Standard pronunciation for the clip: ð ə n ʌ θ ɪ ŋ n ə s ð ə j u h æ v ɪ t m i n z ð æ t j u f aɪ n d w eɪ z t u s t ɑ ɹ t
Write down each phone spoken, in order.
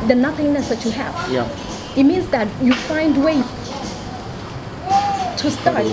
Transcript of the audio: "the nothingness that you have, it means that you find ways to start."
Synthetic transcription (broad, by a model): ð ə n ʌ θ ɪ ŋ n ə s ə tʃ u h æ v ɪ t m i n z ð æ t j u f aɪ n d w eɪ t u s t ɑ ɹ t